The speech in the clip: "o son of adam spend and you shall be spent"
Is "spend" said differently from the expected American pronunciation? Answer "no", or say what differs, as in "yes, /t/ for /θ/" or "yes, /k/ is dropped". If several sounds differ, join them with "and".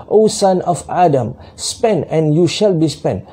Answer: yes, /d/ is dropped